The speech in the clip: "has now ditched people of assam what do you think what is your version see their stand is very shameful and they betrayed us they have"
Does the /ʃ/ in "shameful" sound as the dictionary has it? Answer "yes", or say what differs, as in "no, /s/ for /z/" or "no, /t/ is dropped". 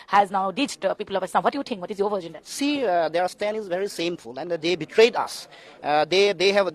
no, /s/ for /ʃ/